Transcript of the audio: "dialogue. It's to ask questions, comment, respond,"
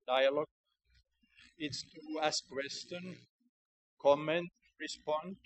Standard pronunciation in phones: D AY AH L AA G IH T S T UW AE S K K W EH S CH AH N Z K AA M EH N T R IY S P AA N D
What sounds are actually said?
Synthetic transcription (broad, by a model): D AY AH L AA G IH T S T UW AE S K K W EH S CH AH N K AA M EH N T R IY S P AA N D